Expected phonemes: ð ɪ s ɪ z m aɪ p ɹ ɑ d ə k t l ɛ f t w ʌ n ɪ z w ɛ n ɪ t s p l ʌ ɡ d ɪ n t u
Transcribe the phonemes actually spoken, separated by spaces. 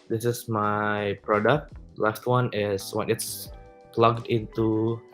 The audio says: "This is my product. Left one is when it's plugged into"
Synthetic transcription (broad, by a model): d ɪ s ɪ s m aɪ p ɹ ɑ d ə k t l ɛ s t w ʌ n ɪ s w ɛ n ɪ t s p l ʌ ɡ d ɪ n t u